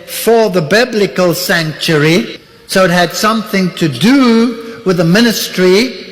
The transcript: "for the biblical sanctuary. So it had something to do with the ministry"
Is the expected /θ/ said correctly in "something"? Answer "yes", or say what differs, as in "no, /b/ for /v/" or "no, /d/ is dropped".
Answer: yes